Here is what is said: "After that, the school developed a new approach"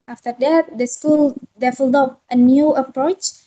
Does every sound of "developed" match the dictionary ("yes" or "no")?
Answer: no